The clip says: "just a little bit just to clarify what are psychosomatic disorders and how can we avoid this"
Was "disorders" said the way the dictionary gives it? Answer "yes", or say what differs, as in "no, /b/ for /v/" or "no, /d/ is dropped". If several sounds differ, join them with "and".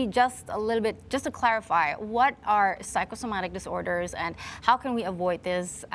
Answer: yes